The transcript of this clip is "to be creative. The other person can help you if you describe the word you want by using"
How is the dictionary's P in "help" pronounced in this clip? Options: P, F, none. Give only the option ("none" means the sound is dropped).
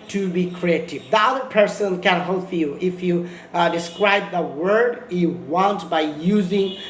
F